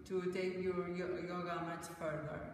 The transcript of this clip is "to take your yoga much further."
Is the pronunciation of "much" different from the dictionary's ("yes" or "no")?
yes